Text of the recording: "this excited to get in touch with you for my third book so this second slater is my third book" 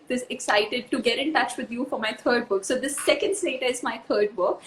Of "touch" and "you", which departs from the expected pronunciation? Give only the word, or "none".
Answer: none